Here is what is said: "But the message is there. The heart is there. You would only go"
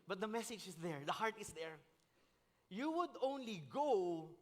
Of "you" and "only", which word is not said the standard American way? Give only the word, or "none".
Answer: none